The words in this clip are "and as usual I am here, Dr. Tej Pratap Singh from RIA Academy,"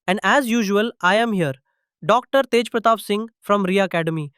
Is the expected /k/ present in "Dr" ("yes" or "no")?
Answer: yes